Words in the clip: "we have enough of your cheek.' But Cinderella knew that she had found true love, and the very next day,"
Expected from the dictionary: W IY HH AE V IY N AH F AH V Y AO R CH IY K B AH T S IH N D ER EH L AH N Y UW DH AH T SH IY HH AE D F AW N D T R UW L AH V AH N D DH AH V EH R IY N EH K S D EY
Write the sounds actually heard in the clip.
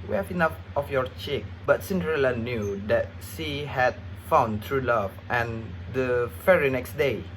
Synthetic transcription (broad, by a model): W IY HH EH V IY N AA F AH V Y AO R CH IY K B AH T S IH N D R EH L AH N Y UW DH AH T S IY HH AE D F AW N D T R UW L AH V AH N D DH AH F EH R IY N EH K S D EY